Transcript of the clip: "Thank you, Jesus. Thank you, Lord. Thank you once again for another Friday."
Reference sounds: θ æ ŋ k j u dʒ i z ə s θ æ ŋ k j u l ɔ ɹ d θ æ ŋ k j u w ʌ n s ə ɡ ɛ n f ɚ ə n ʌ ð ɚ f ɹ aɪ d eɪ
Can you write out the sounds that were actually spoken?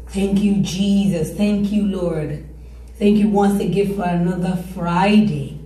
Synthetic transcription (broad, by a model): θ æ ŋ k j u dʒ i z ə s θ æ ŋ k j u l ɔ ɹ d θ æ ŋ k j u w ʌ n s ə ɡ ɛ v f ɚ ə n ʌ ð ɚ f ɹ aɪ d eɪ